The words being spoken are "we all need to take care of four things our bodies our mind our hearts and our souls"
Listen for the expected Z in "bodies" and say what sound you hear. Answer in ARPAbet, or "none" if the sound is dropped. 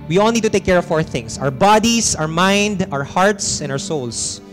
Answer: S